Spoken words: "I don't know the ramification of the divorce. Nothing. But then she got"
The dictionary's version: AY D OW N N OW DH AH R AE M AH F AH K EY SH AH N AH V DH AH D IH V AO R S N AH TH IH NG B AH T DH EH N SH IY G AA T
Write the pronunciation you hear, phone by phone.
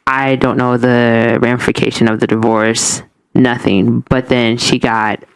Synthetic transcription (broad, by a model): AY D OW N N OW DH AH R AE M F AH K EY SH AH N AH V DH AH D IH V AO R S N AH TH IH NG B AH T DH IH N SH IY G AA T